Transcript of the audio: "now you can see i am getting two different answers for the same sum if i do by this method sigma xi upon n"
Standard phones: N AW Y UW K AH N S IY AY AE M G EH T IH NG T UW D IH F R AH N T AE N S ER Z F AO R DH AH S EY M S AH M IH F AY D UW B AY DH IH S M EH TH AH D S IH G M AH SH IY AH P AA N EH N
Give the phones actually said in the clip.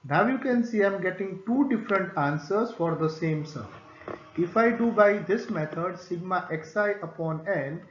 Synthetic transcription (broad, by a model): N AW Y UW K AH N S IY AY M G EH T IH NG T UW D IH F R AH N T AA N S ER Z F AO R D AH S EY M S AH IH F AY D UW B AY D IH S M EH T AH D S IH G M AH S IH AH P AA N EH N